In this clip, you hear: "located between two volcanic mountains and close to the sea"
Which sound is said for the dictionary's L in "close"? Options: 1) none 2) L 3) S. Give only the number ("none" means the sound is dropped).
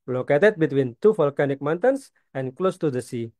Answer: 2